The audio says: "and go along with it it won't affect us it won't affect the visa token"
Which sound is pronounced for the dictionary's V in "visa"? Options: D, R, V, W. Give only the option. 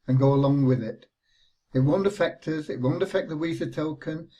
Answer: W